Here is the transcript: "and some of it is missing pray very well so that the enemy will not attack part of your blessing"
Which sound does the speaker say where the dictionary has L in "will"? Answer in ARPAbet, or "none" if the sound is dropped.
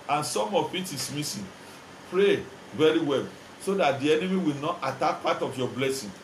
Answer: L